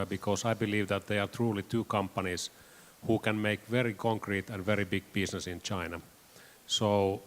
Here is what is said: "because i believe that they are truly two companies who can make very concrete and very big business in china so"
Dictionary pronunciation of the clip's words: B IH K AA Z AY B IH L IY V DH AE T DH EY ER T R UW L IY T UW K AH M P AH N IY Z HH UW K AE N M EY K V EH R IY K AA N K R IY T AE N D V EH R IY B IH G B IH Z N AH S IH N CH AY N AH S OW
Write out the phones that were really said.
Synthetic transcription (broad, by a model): B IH K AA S AY B IH L IY V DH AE T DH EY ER T R UW L IY T UW K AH M P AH N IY S HH UW K AE N M EY K V EH R IY K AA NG K R IY T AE N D V EH R IY B IH G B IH S N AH S IH N CH AY N AH S OW